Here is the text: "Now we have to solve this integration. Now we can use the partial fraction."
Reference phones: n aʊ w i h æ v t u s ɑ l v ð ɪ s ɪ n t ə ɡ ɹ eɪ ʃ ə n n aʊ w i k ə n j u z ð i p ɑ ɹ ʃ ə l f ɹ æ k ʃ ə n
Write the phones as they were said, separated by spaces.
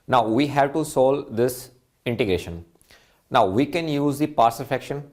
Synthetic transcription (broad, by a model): n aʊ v i h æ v t u s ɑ l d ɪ s ɪ n t ə ɡ ɹ eɪ ʃ ə n n aʊ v i k ə n j u z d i p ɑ ɹ s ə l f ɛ k ʃ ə n